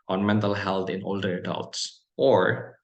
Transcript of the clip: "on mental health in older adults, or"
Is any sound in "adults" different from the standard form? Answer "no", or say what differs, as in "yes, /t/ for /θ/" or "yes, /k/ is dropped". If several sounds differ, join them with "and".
no